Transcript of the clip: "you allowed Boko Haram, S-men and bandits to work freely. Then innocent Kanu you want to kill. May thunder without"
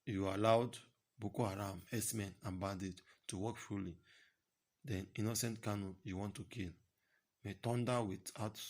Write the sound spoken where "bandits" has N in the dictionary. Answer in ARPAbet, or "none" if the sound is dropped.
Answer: none